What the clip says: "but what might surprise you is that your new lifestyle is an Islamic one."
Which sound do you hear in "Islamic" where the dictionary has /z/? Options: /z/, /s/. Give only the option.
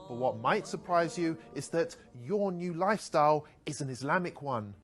/z/